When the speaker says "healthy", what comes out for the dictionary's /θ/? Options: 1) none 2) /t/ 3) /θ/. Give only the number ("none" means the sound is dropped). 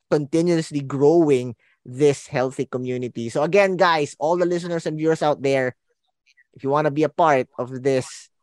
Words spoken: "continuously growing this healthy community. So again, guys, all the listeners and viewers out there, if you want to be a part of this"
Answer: 3